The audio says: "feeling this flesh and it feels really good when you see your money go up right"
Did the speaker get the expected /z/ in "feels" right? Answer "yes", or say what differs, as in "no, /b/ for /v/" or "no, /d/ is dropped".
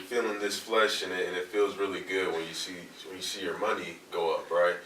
yes